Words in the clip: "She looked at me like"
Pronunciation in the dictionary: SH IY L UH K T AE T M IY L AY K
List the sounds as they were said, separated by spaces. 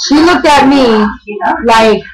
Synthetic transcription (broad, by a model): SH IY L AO T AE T M IY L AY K